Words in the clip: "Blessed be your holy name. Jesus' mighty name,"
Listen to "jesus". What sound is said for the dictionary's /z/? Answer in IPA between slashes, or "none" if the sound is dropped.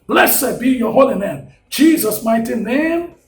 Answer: /z/